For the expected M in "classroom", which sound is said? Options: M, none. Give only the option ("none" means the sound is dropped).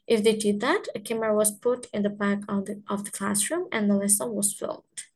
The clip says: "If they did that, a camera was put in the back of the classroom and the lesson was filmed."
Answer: M